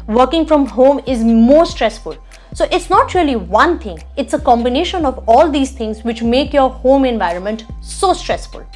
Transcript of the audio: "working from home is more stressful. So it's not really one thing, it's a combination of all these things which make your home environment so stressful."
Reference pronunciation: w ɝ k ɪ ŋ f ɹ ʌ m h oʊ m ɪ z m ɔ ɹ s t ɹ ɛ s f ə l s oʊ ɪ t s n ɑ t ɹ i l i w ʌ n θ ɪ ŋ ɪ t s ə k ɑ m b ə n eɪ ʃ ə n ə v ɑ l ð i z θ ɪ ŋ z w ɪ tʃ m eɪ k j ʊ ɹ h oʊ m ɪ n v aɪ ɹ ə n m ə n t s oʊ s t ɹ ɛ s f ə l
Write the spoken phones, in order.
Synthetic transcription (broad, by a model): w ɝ k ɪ ŋ f ɹ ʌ m h oʊ m ɪ z m ɔ ɹ s t ɹ ɛ s f ə l s oʊ ɪ t s n ɑ t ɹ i l i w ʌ n t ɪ ŋ ɪ t s ə k ɑ m b ə n eɪ ʃ ə n ə v ɑ l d i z t ɪ ŋ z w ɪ tʃ m eɪ k j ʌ ɹ h oʊ m ɪ n v aɪ ɹ ə n m ə n t s oʊ s t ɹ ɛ s f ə l